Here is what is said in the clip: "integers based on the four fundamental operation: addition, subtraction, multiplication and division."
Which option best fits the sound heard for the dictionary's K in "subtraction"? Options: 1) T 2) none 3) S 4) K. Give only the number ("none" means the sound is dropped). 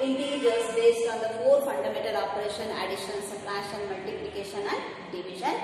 2